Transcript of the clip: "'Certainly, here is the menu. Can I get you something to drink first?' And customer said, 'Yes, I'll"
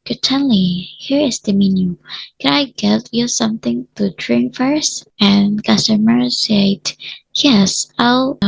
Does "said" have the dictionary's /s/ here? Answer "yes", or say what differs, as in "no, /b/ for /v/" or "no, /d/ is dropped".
yes